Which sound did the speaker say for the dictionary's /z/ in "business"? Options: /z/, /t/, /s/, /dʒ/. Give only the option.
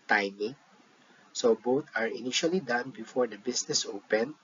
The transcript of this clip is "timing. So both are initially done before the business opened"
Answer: /s/